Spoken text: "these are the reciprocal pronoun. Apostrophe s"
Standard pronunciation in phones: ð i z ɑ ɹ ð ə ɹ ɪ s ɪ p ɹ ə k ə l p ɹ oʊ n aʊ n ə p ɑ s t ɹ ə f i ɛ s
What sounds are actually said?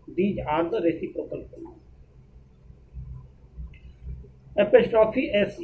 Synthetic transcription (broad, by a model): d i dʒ ɑ ɹ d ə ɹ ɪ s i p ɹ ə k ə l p oʊ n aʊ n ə p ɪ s t ɹ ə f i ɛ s